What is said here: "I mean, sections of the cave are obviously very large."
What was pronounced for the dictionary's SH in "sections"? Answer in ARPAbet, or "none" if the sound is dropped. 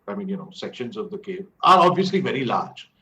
SH